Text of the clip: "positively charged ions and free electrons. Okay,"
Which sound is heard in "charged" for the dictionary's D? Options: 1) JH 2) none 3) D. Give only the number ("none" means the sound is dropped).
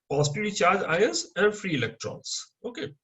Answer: 2